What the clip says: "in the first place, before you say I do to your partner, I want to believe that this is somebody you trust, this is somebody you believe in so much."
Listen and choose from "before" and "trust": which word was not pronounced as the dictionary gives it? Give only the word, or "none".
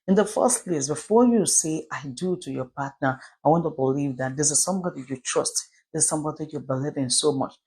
none